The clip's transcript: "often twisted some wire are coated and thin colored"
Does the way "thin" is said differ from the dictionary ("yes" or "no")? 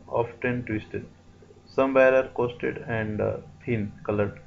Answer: yes